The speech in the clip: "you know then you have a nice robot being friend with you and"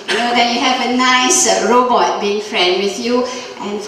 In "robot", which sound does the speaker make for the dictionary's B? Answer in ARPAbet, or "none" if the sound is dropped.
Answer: B